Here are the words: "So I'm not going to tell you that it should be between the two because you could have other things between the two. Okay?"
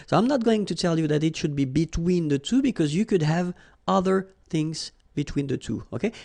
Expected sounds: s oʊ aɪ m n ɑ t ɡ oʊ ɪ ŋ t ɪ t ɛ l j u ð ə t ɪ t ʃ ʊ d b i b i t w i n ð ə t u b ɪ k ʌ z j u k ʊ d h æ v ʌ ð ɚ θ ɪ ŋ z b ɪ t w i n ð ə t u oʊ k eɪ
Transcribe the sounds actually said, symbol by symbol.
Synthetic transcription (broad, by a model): s oʊ aɪ m n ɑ t ɡ oʊ ɪ ŋ t ɪ t ɛ l j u ð ə t ɪ t ʃ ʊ d b i b i t w i n ð ə t u b ɪ k ʌ z j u k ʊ d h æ v ʌ ð ɚ θ ɪ ŋ z b ɪ t w i n ð ə t u oʊ k eɪ